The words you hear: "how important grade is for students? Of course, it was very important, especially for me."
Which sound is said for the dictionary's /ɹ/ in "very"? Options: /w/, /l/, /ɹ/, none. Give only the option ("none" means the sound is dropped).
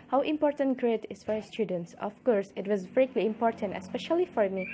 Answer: /l/